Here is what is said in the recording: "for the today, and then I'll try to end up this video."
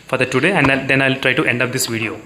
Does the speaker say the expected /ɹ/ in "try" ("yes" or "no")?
yes